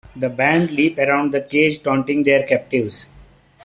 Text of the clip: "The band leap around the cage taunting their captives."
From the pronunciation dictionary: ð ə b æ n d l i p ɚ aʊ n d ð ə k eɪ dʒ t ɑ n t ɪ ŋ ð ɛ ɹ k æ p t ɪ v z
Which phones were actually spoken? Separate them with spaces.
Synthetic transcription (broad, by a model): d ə b æ n d l i p ɚ aʊ n d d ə k eɪ dʒ t ɑ n t ɪ ŋ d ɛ ɹ k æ p t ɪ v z